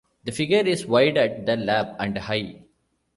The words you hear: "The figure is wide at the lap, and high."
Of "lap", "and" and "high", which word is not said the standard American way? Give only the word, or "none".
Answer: lap